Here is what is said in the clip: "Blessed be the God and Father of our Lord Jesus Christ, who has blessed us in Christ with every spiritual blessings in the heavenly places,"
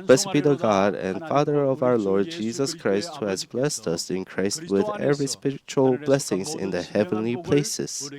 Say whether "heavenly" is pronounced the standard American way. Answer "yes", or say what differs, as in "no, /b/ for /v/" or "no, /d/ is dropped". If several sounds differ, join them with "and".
yes